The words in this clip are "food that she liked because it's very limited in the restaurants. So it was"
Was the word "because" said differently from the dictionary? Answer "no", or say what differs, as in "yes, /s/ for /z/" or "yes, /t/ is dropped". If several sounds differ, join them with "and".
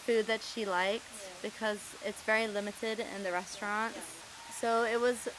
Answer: no